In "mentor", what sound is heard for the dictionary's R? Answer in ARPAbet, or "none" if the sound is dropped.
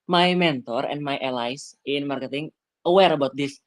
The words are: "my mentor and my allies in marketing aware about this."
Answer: R